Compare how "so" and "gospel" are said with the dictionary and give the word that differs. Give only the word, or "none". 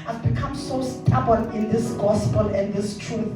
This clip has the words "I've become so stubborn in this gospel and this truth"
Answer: none